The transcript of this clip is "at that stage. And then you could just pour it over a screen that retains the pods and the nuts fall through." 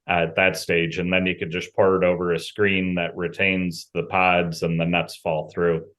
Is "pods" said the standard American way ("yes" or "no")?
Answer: yes